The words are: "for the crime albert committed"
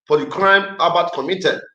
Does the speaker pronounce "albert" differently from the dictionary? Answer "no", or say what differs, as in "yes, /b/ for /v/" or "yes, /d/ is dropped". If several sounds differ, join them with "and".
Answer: yes, /l/ is dropped